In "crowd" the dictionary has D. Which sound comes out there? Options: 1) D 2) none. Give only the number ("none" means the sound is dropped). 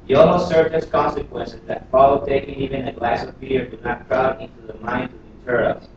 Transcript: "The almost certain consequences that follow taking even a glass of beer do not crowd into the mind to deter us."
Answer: 2